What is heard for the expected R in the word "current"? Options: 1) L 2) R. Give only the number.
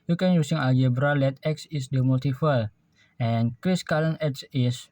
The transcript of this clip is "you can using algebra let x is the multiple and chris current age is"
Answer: 1